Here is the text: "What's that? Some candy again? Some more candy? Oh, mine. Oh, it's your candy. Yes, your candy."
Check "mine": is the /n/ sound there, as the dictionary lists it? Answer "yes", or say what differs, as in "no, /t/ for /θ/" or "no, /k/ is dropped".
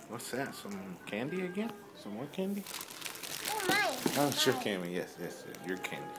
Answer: no, /n/ is dropped